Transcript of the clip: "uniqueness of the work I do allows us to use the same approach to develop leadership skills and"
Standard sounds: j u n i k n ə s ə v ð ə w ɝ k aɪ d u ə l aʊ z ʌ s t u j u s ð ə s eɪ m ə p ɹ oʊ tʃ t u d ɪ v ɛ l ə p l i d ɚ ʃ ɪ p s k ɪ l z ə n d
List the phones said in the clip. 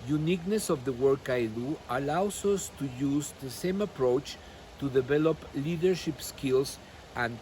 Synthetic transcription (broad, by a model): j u n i k n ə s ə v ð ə w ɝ k aɪ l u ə l aʊ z ʌ s t u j u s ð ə s eɪ m ə p ɹ oʊ tʃ t u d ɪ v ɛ l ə p l i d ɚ ʃ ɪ p s k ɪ l s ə n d